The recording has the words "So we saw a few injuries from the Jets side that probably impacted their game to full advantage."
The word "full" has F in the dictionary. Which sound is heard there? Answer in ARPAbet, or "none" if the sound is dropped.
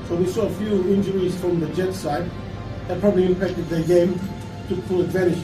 P